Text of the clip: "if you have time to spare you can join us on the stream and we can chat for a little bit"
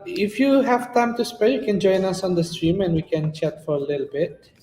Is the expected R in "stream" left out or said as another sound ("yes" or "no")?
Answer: no